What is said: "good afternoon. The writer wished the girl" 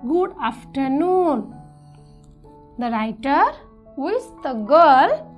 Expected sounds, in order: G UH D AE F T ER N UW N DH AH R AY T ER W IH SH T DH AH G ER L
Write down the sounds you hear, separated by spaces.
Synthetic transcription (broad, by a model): G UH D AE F T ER N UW N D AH R AY T ER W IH S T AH G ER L